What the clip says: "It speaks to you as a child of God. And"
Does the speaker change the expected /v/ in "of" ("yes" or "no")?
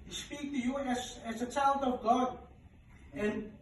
no